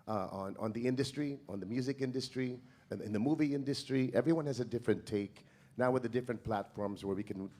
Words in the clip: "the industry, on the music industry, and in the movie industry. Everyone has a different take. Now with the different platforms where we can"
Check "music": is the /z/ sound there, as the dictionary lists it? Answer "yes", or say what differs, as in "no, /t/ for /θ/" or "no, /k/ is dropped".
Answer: yes